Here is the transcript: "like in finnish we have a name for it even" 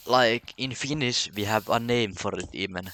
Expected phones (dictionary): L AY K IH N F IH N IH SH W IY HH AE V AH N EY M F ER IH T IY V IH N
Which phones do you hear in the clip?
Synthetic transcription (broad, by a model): L AY K IH N F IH N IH S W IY HH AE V AH N EY M F ER IH T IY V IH N